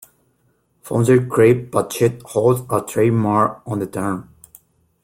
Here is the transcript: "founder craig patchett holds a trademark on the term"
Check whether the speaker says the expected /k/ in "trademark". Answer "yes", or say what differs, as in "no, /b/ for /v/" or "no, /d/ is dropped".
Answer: no, /k/ is dropped